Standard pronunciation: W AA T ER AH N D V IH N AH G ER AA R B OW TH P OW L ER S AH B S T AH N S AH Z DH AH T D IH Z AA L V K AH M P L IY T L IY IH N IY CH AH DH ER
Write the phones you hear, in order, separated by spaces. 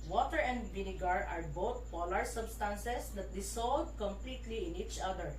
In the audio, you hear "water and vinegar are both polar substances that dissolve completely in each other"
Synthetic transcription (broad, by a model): W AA T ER AH N D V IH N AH G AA AA R B OW T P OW L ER S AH B S T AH N S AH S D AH T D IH S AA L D K AH M P L IY T L IY IH N IY CH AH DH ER